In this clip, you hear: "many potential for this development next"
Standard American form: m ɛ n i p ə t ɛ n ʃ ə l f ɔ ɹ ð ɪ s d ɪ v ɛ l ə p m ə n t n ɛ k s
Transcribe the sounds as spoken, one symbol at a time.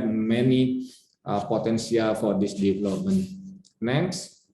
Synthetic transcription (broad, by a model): m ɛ n i p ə t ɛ n s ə l f ɔ ɹ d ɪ s d ɪ v ɛ l ə p m ə n t n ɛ k s